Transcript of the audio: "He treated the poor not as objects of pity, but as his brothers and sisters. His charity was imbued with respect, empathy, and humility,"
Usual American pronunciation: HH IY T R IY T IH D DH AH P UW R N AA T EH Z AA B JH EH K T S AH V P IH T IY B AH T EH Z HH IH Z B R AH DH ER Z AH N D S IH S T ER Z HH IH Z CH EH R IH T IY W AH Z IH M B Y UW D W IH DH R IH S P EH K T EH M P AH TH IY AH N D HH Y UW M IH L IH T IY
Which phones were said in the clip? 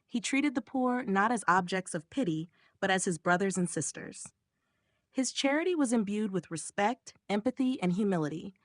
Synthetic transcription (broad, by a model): HH IY T R IY T IH D DH AH P UW R N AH T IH Z AA B JH EH K T S AH V P IH T IY B AH T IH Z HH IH Z B R AH DH ER Z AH N S IH S T ER Z HH IH Z CH EH R IH T IY W AH Z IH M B Y UW D W IH DH R IH S P EH K T EH M P AH TH IY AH N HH Y UW M IH L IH T IY